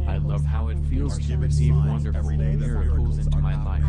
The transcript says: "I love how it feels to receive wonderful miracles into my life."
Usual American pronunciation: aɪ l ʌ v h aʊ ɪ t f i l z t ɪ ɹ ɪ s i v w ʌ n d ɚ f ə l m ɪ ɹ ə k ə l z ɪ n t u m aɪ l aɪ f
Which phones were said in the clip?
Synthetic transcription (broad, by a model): aɪ l ʌ v h aʊ ɪ t f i l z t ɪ w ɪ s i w ʌ n d ɚ f l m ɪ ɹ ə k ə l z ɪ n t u m aɪ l aɪ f